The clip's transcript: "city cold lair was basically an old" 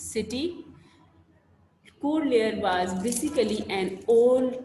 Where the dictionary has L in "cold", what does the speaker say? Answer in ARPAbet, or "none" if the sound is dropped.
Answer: none